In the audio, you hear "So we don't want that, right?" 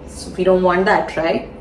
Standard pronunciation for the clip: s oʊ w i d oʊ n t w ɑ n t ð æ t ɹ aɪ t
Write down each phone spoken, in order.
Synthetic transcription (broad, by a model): s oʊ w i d oʊ n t w ɑ n t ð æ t ɹ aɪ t